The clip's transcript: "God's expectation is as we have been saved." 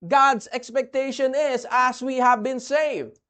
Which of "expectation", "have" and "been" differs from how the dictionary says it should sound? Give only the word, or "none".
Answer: none